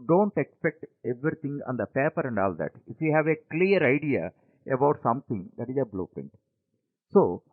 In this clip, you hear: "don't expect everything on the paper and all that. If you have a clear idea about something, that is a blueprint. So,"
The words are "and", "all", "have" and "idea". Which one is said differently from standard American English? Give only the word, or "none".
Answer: none